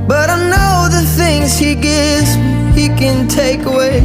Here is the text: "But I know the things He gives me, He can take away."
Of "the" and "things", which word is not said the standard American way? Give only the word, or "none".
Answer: none